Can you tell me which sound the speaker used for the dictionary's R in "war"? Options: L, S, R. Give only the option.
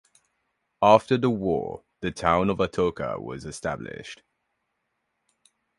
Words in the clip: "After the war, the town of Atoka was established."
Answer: R